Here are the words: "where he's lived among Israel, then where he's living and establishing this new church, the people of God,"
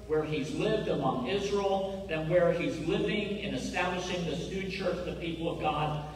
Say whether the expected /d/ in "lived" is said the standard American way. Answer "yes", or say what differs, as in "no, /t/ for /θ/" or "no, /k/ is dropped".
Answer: yes